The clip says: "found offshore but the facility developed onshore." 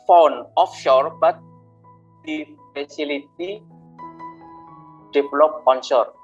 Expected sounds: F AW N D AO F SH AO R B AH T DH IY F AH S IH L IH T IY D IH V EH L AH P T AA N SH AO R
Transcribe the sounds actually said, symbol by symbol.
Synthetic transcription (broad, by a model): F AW N AO F SH AO R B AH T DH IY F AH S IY L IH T IY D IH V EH L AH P AA N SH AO R